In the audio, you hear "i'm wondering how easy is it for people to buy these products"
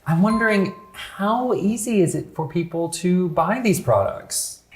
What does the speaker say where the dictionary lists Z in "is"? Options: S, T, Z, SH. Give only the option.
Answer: Z